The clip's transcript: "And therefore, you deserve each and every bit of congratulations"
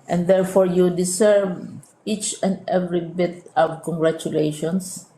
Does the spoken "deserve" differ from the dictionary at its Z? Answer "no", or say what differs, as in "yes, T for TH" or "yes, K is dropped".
yes, S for Z